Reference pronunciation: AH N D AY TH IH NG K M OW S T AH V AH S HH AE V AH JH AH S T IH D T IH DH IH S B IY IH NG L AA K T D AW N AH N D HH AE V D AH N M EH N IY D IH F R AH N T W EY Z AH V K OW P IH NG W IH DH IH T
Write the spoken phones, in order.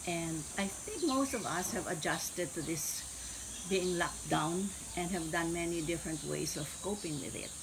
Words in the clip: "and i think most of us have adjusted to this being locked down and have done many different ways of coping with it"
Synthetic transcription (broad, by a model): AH N D AY TH IH NG K M OW S T AH V AH S HH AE V AH JH AH S T IH D T IH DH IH S B IY IH NG L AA K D AW N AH N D HH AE V D AH N M EH N IY D IH F R AH N T W EY S AH V K OW P IH NG W IH DH IH T